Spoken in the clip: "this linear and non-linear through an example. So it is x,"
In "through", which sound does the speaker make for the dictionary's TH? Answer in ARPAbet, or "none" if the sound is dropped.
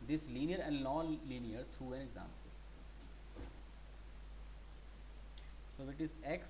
T